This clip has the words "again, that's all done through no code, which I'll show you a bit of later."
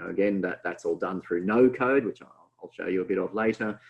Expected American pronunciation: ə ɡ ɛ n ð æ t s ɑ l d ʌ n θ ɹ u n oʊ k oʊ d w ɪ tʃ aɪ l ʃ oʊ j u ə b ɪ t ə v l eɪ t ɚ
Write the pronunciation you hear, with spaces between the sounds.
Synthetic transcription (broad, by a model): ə ɡ ɛ n ð æ t s ɑ l d ʌ n θ ɹ u n oʊ k oʊ d w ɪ tʃ aɪ l ʃ oʊ j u ə b ɪ t ə v l eɪ t ɚ